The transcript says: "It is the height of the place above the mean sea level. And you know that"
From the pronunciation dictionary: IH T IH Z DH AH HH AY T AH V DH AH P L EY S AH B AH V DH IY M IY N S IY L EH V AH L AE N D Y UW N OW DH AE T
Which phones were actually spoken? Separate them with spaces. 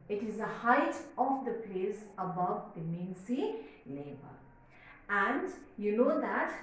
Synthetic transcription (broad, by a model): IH T IH Z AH HH AY T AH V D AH P L EY S AH B AH V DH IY M IY N S IY L EH B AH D AE N D Y UW N OW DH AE T